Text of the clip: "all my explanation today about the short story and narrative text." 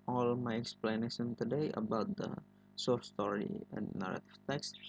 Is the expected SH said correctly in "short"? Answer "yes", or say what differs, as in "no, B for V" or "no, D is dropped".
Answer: no, S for SH